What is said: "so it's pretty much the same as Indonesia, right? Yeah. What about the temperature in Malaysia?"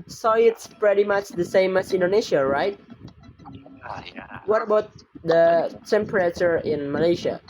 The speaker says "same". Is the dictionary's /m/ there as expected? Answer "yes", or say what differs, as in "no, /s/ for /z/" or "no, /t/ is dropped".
yes